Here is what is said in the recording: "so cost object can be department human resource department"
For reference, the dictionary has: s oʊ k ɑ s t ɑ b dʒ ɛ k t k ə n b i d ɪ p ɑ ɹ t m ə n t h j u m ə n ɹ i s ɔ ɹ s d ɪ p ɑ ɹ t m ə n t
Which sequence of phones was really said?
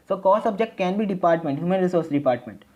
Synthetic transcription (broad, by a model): s oʊ k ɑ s ɑ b dʒ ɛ k t k ə n b i d ɪ p ɑ ɹ t m ə n t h j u m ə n ɹ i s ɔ ɹ s d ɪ p ɑ ɹ t m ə n t